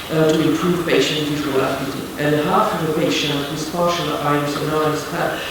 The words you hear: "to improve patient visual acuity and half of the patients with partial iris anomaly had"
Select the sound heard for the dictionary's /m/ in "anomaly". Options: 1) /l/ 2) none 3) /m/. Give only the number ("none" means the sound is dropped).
2